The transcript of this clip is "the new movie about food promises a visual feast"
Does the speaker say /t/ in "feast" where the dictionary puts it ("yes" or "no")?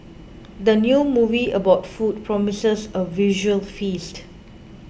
yes